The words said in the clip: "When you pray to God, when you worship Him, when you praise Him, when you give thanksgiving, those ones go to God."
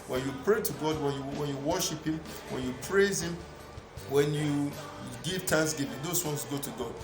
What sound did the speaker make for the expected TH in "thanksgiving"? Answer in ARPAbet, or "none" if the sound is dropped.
T